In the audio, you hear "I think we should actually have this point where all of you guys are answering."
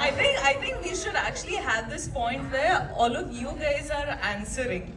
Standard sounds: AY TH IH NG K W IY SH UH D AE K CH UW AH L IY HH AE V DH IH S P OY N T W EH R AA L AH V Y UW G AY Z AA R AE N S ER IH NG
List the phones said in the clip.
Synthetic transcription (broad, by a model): AY T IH NG K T IY SH UH D AE K CH UW AH L IY HH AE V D IH S P OY N T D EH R AA L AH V Y UW G AY Z AA R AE N S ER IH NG